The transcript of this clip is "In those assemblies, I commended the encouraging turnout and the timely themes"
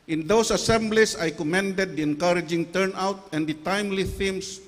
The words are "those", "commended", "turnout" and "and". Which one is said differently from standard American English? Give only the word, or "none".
those